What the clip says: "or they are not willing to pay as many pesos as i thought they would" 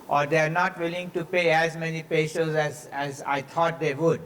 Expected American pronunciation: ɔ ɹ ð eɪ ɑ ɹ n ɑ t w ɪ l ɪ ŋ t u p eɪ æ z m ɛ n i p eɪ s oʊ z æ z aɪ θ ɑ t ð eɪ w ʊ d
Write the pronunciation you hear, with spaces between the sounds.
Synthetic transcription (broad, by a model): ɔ ɹ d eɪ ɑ ɹ n ɑ t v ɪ l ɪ ŋ t u p eɪ æ z m ɛ n i p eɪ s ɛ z æ z aɪ t ɑ t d eɪ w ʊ d